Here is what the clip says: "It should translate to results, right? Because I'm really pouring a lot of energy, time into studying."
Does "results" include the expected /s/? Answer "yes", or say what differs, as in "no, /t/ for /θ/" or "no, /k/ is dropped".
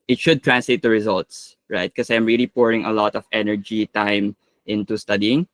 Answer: yes